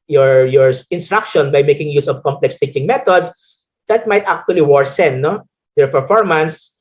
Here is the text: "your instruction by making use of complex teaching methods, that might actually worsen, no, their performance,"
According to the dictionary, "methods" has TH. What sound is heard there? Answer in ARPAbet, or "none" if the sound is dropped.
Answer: T